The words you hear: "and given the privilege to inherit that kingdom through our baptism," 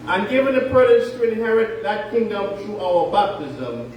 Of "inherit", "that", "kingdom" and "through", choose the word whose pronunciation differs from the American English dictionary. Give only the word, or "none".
through